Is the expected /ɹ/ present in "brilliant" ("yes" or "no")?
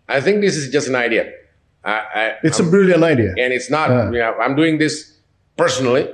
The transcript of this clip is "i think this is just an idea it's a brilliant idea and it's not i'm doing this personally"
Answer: no